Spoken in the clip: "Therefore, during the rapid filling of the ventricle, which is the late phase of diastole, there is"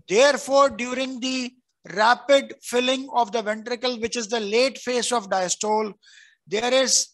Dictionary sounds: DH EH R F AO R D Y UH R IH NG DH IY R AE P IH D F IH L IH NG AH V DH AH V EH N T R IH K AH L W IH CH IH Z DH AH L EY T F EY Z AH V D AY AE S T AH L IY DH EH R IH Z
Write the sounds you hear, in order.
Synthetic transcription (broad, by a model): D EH R F AO R D Y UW R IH NG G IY R AE P IH D F IH L IH NG AH V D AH V EH N T R IH K AH L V IH CH IH Z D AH L EY T F EY S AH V D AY S T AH L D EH R IH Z